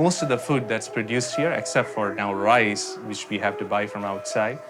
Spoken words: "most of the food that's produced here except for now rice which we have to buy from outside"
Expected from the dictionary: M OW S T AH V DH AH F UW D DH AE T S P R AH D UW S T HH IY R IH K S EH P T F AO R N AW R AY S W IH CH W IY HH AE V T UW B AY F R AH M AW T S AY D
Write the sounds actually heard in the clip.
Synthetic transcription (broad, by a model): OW S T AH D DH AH F UW D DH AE T S P R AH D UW S T HH IY R IH K S EH P T F AO R N AW R AY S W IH CH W IY HH AE V T UW B AY F R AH M AW T S AY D